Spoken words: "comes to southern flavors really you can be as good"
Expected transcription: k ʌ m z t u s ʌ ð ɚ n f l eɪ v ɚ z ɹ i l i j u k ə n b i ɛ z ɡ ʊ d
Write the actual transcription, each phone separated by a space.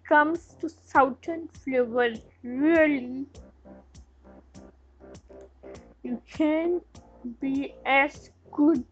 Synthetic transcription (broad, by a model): k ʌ m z t u s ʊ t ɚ n f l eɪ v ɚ ɹ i l i j u k ə n b i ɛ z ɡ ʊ d